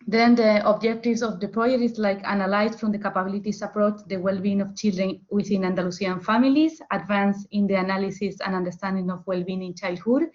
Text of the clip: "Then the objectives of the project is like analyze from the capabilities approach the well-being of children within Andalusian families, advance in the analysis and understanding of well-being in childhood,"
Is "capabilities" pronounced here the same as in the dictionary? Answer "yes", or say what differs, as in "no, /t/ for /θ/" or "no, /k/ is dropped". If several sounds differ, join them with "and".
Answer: no, /s/ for /z/